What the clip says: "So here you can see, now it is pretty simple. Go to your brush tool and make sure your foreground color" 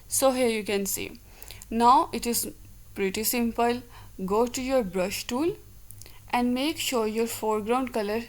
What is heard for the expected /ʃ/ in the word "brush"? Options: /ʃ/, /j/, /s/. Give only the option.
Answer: /ʃ/